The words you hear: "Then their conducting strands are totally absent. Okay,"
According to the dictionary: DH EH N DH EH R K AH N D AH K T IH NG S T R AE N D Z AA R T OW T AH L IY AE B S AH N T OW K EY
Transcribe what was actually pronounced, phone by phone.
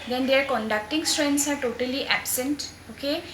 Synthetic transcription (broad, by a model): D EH N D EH R K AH N D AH K T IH NG S T R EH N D S AA R T OW T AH L IY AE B S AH N T OW K EY